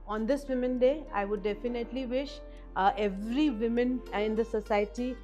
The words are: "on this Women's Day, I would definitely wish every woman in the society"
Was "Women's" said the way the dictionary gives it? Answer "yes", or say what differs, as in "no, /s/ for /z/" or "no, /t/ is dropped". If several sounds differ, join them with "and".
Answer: no, /z/ is dropped